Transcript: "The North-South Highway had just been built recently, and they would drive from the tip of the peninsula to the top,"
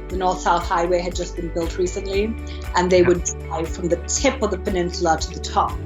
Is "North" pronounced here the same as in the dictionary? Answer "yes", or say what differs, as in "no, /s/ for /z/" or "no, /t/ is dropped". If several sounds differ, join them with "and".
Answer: yes